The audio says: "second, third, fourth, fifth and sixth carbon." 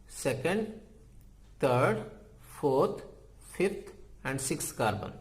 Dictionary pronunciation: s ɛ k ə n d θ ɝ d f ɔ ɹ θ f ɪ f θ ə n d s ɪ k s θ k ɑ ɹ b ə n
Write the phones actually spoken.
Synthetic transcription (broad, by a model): s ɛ k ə n d t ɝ d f ɔ ɹ t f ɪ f t ə n d s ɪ k s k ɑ ɹ b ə n